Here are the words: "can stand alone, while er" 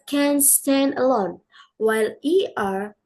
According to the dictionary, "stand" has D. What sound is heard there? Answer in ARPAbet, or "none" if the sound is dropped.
D